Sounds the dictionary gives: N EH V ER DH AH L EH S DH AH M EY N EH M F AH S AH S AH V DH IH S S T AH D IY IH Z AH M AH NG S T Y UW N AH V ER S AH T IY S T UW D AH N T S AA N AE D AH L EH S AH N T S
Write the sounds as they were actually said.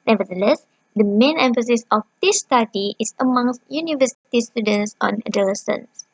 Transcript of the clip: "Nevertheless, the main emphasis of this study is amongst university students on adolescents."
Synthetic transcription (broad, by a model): N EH V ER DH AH L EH S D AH M EY N EH M F AH S AH S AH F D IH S S T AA D IY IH S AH M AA NG S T Y UW N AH V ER S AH T IY S T UW D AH N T S AA N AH D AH L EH S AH N S